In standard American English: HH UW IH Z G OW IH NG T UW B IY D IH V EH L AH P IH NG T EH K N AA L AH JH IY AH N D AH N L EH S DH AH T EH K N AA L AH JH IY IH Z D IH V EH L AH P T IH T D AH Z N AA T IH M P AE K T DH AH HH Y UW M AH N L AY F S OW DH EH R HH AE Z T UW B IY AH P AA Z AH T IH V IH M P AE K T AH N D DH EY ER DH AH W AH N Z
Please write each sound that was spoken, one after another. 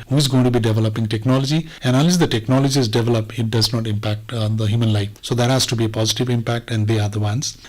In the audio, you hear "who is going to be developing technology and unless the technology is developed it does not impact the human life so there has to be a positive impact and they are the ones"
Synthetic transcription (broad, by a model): HH UW IH Z G OW IH NG T UW B IY D IH V EH L AH P IH NG T EH K N AA L AH JH IY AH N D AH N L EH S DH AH T EH K N AA L AH JH IY IH Z D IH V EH L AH P IH T D AH Z N AA T IH M P AE K T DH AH HH Y UW M AH N L AY F S OW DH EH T HH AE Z T UW B IY AH P AA Z AH T IH V IH M P AE K T AH N D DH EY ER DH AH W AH N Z